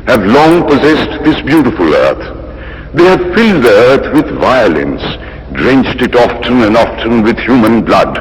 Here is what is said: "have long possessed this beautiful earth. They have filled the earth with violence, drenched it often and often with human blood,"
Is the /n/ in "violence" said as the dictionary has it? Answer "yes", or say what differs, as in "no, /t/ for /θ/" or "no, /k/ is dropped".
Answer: yes